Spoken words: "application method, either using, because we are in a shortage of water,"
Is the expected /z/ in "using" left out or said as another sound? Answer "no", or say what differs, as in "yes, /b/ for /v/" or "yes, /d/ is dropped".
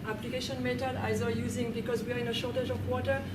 no